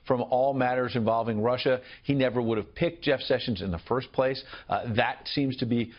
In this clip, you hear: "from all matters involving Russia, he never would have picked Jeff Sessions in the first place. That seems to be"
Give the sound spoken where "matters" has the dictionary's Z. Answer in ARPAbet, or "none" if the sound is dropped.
Z